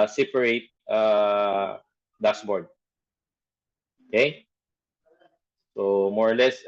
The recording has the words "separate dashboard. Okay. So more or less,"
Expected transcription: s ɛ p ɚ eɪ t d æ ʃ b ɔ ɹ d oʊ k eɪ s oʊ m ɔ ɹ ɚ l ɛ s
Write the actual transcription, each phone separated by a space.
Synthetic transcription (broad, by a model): s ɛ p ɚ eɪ t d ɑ s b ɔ ɹ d oʊ k eɪ s oʊ m ɔ ɹ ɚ l ɛ s